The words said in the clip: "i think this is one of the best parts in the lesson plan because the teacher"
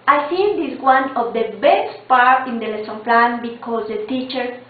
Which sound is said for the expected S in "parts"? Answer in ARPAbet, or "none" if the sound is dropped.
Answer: none